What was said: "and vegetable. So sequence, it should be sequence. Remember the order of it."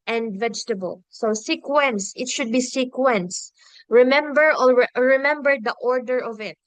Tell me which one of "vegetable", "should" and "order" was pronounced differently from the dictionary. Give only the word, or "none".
none